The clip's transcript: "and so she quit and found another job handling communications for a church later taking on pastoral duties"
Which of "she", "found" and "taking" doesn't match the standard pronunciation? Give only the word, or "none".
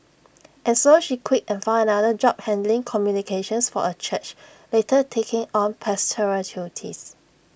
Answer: found